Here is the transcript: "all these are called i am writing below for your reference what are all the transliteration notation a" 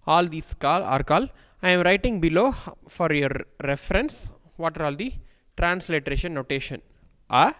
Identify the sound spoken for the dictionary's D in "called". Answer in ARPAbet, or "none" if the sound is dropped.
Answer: none